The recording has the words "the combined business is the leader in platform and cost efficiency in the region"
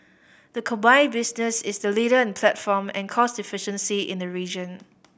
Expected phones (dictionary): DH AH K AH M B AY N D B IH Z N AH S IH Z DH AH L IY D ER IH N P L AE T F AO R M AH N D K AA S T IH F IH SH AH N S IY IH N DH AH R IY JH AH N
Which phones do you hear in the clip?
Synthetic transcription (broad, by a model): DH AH K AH B AY B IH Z N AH S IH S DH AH L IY D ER IH N P L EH T F AO M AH N K AA S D IH F IH SH AH N S IY IH N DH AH R IY JH AH N